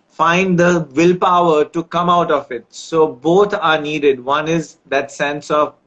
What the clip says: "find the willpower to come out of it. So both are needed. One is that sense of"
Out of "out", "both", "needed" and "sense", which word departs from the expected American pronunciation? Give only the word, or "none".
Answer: both